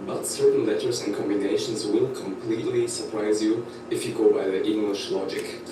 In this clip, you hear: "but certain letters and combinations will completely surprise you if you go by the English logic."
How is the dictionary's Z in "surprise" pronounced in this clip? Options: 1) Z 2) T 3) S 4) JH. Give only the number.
1